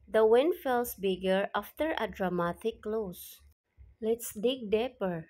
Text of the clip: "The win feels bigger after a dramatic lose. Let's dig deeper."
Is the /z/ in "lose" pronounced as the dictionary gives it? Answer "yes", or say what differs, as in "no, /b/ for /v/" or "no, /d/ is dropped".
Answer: no, /s/ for /z/